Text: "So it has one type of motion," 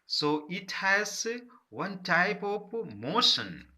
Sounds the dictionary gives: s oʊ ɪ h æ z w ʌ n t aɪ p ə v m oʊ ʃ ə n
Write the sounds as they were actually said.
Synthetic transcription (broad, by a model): s oʊ ɪ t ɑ s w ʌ n t aɪ p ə p m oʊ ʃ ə n